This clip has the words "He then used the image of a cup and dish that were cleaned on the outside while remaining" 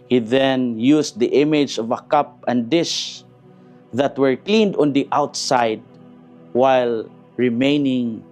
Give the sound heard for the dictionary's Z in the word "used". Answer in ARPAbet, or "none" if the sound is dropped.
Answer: S